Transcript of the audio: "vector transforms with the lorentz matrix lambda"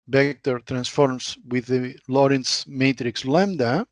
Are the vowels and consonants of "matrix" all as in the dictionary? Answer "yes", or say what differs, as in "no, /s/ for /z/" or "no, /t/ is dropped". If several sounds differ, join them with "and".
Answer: yes